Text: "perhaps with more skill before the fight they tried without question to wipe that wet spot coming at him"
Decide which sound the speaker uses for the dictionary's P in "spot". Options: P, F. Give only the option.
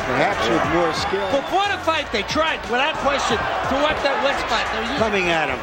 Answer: F